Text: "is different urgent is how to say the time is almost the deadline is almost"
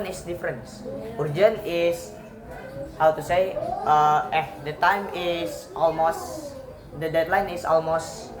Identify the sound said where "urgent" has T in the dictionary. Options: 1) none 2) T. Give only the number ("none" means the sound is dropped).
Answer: 1